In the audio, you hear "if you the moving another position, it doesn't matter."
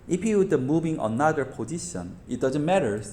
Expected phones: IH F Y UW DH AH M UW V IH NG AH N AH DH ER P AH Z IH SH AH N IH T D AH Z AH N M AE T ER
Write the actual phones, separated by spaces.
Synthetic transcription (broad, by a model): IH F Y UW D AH M UW B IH NG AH N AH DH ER P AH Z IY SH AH N IH T D AH Z AH N M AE T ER